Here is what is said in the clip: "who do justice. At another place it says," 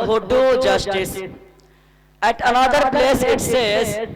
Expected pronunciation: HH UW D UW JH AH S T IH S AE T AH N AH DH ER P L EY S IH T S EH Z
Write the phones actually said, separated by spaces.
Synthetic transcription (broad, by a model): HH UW D UW JH AH S T IH S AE T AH N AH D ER P L EY S IH T S EH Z